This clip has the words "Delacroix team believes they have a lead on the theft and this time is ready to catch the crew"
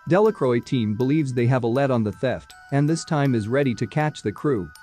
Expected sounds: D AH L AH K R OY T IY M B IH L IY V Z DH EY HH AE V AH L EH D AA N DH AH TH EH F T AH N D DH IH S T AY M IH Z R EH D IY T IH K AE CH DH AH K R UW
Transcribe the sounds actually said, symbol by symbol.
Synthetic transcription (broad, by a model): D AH L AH K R OY T IY M B IH L IY V Z DH EY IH V AH L EH D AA N DH AH TH EH F T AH N DH IH S T AY M IH Z R EH D IY T IH K AE CH DH AH K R UW